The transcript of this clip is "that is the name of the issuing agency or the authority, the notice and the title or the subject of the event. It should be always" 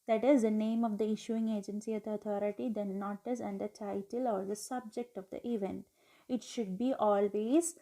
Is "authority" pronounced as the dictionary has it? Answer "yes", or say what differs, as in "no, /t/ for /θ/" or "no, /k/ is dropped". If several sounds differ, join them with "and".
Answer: no, /t/ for /θ/